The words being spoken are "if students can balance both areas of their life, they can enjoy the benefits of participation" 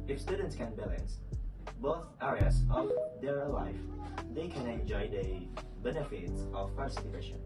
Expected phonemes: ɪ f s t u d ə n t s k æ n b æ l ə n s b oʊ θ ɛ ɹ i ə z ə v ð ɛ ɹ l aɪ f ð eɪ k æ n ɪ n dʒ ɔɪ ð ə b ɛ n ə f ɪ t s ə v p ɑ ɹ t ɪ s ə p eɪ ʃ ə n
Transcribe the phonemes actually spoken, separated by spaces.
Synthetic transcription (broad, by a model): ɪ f s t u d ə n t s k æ n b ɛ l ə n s b oʊ θ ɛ ɹ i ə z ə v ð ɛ ɹ l aɪ f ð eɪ k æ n ɪ n dʒ ɔɪ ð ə b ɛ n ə f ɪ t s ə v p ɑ ɹ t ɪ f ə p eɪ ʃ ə n